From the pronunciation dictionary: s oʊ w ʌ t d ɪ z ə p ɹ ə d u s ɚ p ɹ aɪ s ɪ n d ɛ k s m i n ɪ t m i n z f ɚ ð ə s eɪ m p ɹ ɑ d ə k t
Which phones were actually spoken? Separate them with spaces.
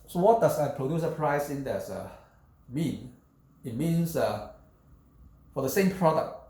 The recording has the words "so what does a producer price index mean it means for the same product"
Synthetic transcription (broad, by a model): s oʊ w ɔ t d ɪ s ə p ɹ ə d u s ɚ p ɹ aɪ s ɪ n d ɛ s m i n ɪ t m i n s f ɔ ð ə s eɪ m p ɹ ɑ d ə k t